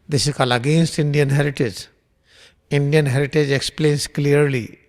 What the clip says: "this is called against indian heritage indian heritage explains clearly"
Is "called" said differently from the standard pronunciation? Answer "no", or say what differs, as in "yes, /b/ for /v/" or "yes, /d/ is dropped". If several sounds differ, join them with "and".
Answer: yes, /d/ is dropped